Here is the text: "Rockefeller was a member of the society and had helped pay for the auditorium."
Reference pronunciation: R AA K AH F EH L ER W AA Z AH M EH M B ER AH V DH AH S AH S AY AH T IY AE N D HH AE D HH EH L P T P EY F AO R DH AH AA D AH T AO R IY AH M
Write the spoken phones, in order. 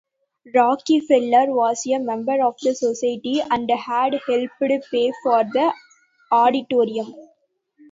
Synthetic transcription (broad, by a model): R AA K AH F EH L ER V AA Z AH M EH M B ER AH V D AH S AH S AY AH T IY AE N D HH AE D HH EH L P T P EY F AO R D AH AA D AH T AO R IY AH M